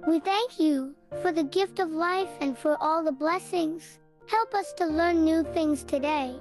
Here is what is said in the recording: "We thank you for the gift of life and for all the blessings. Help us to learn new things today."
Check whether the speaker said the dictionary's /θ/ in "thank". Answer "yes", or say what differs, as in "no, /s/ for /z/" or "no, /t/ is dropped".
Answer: yes